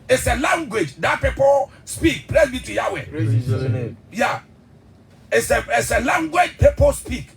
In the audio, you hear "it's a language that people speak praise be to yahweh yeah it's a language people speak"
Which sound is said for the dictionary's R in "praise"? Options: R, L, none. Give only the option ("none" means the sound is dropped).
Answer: L